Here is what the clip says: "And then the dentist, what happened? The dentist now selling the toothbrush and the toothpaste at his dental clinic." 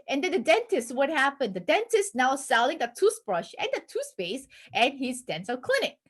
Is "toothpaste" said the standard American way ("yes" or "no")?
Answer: no